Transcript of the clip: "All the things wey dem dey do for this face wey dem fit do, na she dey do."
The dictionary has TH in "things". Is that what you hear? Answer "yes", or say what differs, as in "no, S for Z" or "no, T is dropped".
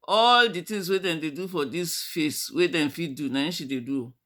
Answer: no, T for TH